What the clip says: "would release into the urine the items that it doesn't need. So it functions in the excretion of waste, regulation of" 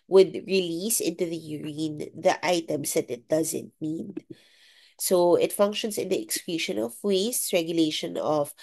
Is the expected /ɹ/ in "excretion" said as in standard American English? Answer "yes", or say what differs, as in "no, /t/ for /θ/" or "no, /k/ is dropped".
no, /l/ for /ɹ/